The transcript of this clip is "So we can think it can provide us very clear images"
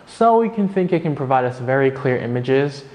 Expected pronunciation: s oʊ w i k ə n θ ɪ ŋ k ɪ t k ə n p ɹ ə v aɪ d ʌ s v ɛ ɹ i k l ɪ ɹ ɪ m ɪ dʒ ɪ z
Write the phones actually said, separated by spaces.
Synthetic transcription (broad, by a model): s oʊ w i k ə n θ ɪ ŋ k ɪ t k ə n p ɹ ə v aɪ d ʌ s v ɛ ɹ i k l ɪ ɹ ɪ m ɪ dʒ ɪ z